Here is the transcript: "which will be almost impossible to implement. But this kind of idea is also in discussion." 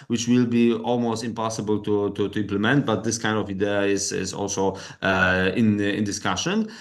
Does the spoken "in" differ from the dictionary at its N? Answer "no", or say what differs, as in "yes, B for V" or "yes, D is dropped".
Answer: no